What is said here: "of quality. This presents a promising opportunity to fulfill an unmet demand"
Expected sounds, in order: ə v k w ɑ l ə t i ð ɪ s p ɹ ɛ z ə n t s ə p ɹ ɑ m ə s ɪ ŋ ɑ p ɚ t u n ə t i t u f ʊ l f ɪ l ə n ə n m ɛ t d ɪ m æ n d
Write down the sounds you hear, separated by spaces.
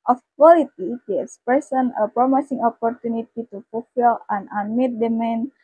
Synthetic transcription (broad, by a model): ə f k w ɑ l ə t i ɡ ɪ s p ɛ s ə n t ə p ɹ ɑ m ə s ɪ ŋ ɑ p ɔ t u n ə t i t u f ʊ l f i l ə n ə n m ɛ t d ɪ m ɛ n